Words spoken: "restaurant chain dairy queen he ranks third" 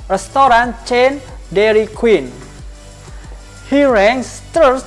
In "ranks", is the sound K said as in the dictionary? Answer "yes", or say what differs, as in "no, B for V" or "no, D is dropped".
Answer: no, K is dropped